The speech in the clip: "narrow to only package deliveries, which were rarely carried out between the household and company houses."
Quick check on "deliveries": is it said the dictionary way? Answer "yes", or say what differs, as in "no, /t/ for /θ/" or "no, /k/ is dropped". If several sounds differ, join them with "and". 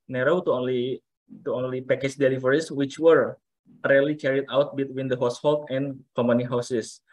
no, /s/ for /z/